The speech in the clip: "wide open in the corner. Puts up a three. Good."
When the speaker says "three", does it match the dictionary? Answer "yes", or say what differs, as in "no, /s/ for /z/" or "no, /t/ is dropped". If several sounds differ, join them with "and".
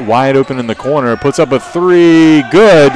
yes